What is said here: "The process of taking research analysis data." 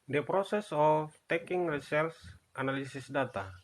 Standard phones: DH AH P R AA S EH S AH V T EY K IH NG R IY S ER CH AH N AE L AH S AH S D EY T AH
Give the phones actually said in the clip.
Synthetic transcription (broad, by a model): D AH P R AA S EH S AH F T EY K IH NG R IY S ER S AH N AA L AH S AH S D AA T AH